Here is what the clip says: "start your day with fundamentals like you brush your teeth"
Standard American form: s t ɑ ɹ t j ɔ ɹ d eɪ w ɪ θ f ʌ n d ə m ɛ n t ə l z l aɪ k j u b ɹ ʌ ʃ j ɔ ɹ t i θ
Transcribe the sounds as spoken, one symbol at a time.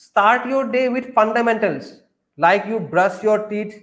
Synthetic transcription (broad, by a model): s t ɑ ɹ t j ɔ ɹ d eɪ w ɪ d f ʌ n d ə m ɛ n t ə l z l aɪ k j u b ɹ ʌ s j ɔ ɹ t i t